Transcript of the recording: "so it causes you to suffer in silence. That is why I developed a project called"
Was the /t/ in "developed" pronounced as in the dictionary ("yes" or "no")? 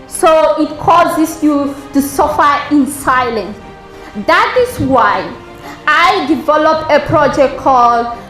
no